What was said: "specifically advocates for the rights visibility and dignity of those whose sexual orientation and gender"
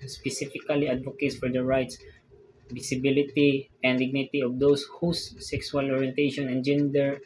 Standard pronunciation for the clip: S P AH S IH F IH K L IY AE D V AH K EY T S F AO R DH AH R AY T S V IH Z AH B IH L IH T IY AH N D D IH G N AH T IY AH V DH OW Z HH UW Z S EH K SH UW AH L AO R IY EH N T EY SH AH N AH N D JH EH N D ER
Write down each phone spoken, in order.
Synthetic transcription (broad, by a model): S P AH S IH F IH K L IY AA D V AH K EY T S F AO R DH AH R AY T S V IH S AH B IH L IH T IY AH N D D IH G N AH T IY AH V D OW S HH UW S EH K S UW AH L AO R IY EH N T EY SH AH N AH N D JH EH N D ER